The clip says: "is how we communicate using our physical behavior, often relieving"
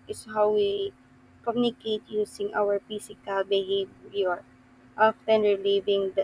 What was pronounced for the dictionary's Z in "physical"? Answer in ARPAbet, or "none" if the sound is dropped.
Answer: S